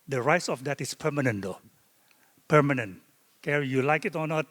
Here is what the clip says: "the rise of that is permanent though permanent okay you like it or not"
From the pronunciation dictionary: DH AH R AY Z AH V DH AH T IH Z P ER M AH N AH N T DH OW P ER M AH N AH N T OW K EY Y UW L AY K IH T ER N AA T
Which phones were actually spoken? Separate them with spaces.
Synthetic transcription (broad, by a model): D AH R AY S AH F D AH T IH S P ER M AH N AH N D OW P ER M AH N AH N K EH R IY Y UW L AY K IH T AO N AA T